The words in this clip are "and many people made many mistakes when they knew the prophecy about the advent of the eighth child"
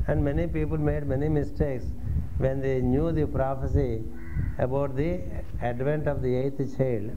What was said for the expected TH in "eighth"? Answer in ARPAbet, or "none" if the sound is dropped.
T